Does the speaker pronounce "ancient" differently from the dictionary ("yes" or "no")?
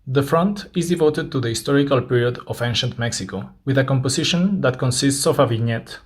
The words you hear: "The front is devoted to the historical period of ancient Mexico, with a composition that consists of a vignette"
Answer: no